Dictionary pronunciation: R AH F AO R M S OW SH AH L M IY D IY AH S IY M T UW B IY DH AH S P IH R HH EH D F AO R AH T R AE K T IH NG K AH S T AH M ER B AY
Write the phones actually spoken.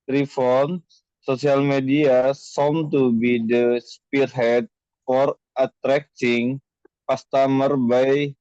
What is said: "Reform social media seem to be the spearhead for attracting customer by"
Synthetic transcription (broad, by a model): R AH F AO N S OW S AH L M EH D IY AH S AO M T UW B IY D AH S P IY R HH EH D F AO R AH T R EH K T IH NG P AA S T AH M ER B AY